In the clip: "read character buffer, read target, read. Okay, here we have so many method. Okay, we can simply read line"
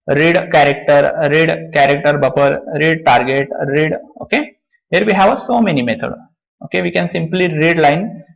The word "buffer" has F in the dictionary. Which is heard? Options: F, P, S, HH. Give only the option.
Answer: P